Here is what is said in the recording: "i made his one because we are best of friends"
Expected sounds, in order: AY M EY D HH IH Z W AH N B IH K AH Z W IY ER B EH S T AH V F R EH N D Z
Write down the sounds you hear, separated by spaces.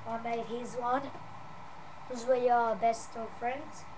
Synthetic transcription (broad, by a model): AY M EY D HH IH Z W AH N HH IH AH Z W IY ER B EH S T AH F R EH N D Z